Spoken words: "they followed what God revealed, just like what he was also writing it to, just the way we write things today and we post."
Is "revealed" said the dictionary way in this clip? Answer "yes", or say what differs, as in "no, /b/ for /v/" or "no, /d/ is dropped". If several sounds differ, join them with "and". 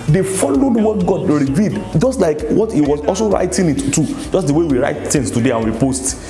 no, /l/ is dropped